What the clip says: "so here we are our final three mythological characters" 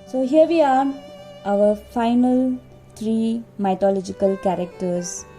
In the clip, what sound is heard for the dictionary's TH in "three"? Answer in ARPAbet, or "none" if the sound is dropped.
T